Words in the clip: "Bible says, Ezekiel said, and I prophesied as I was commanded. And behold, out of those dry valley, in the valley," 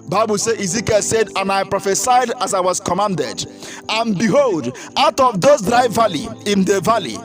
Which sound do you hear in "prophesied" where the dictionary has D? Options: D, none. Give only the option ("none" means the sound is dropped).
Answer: D